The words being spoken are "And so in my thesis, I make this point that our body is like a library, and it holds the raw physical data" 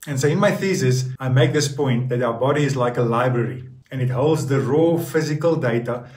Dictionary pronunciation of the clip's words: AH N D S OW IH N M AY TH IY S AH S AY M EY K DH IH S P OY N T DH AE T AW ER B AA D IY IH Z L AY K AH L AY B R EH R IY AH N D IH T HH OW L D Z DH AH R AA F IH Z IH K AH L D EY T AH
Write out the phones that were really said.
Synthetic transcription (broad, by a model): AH N S OW IH N M AY TH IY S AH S AY M EY K DH IH S P OY N T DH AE T AW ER B AA D IY IH Z L AY K AH L AY B R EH R IY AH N IH T HH OW L D Z DH AH R AA F IH Z IH K AH L D EY T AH